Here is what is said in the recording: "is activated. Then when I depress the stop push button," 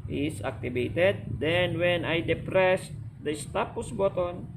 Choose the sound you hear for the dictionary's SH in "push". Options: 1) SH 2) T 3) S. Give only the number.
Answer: 3